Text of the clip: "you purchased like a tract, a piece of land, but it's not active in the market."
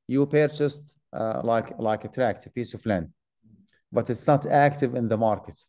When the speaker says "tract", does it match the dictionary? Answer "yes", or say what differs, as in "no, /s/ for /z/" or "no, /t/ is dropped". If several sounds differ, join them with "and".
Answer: yes